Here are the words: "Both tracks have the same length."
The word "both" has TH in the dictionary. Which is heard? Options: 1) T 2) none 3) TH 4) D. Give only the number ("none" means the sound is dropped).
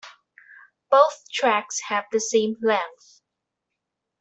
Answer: 3